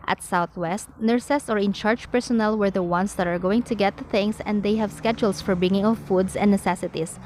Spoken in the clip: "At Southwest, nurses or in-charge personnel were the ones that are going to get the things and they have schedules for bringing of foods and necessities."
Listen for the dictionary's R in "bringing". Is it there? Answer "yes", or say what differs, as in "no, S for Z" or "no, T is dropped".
no, R is dropped